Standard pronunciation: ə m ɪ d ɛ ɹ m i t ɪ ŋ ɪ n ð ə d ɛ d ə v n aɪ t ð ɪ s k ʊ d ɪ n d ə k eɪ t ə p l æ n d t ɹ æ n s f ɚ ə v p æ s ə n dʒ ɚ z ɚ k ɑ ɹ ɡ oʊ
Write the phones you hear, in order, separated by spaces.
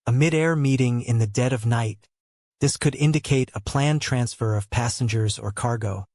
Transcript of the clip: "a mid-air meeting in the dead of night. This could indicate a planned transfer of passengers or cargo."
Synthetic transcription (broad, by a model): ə m ɪ d ɛ ɹ m i t ɪ ŋ ɪ n ð ə d ɛ d ə v n aɪ t ð ɪ s k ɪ d ɪ n d ə k eɪ t ə p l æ n t ɹ æ n s f ɚ ə v p æ s ə n dʒ ɚ z ɚ k ɑ ɹ ɡ oʊ